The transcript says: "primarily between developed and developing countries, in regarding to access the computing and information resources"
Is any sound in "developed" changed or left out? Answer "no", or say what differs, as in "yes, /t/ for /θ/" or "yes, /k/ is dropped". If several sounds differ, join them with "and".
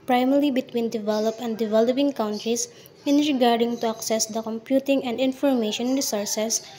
yes, /t/ is dropped